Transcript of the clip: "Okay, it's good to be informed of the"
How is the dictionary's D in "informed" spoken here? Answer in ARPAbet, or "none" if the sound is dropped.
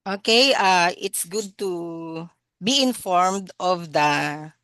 D